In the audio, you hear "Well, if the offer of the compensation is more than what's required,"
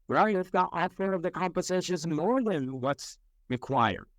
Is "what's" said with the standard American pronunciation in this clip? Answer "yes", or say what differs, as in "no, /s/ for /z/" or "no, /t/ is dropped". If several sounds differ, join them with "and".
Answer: yes